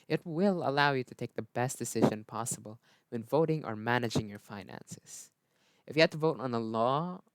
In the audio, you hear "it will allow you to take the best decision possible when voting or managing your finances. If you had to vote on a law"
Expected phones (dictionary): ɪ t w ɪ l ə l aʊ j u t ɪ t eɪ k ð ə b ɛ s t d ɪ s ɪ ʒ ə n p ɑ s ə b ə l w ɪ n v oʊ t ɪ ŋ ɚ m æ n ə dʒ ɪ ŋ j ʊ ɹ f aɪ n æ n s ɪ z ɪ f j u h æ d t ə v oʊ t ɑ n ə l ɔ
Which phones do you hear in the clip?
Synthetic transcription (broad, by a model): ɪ t w ɪ l ə l aʊ j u t ɪ t eɪ k ð ə b ɛ s t d ɪ s ɪ ʒ ə n p ɑ s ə b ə l w ɪ n v oʊ t ɪ ŋ ɚ m æ n ə dʒ ɪ ŋ j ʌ ɹ f aɪ n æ n s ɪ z ɪ f j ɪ h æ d t ə v oʊ t n ə l ɔ